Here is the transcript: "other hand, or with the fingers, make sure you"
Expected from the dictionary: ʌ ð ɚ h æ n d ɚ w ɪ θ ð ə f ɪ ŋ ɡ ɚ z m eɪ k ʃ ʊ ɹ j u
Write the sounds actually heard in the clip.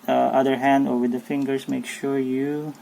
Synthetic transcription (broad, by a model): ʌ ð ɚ h æ n d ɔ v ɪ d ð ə f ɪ ŋ ɡ ɚ s m eɪ k ʃ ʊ ɹ j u